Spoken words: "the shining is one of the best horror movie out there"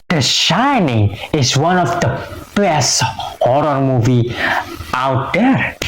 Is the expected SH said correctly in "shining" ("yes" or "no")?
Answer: yes